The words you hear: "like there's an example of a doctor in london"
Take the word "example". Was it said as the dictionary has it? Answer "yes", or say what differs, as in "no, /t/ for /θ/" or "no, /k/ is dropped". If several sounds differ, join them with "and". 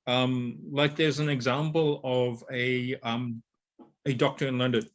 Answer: yes